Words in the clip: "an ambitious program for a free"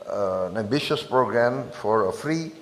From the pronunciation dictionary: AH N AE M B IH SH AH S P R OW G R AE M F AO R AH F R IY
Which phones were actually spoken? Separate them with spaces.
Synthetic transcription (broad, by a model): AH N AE B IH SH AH S P R OW G R AE M F AO R AH F R IY